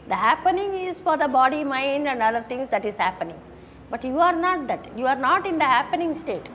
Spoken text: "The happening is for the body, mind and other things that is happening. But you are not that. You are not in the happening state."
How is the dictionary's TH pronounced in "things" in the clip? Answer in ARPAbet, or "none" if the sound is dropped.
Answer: T